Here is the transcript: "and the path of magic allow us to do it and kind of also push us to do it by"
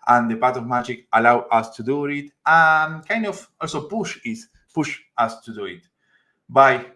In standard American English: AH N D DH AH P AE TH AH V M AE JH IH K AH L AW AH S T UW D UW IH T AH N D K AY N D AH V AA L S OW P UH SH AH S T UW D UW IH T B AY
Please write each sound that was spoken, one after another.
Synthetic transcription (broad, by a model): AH N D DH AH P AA T AH V M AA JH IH K AH L AW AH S T UW D UW IH T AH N K AY N D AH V AA L S OW P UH SH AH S T UW D UW IH T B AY